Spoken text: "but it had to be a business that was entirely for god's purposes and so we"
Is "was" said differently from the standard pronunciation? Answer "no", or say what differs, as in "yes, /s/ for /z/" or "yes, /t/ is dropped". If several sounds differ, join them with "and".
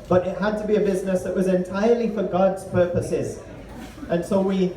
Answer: no